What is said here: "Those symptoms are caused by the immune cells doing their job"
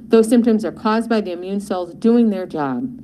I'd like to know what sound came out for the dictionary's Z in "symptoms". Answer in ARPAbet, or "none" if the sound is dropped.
Z